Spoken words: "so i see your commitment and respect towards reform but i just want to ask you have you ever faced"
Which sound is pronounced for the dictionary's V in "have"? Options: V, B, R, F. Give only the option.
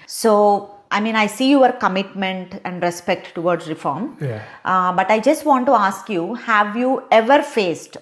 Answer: V